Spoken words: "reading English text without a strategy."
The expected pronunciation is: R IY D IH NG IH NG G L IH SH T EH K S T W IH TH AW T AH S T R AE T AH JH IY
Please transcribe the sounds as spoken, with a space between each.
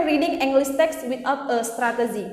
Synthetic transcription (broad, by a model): R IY D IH NG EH NG G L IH S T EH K S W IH T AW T AH S T R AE T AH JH IY